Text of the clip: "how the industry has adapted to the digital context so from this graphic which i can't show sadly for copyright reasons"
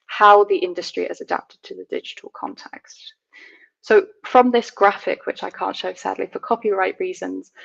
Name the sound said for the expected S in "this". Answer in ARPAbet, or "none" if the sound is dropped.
S